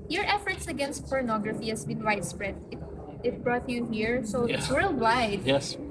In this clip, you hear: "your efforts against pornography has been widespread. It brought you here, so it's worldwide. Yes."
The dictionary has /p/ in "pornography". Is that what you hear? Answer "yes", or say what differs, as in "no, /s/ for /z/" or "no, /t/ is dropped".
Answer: yes